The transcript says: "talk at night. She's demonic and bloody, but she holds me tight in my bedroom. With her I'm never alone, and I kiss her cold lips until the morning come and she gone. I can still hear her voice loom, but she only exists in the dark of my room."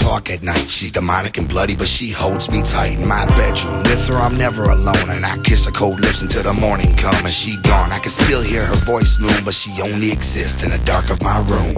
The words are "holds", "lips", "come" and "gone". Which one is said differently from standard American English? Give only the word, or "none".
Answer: none